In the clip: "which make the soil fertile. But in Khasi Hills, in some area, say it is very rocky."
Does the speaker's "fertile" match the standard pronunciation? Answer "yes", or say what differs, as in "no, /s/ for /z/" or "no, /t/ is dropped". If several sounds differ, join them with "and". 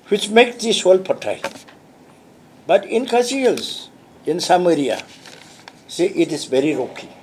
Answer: no, /p/ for /f/